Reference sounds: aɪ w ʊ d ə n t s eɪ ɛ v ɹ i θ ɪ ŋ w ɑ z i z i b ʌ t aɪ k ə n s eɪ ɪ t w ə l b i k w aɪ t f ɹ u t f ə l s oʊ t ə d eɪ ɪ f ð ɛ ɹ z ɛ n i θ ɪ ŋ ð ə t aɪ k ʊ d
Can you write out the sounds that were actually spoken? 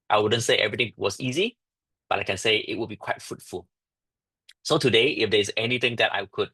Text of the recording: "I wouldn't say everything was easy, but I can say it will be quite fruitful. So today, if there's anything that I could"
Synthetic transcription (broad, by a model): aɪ w ʊ d ə n t s eɪ ɛ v ɹ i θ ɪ ŋ w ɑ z i z i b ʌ t aɪ k ə n s eɪ ɪ t w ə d b i k w aɪ t f ɹ u t f ə l s oʊ t ə d eɪ ɪ f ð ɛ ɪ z ɛ n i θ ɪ ŋ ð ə t aɪ k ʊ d